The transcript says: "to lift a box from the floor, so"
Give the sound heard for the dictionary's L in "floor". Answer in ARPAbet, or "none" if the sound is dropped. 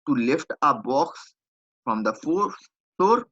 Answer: none